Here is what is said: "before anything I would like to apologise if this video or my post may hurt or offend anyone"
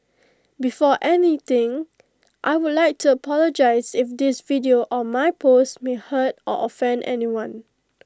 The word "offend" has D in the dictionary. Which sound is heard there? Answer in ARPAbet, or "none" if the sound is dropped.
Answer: D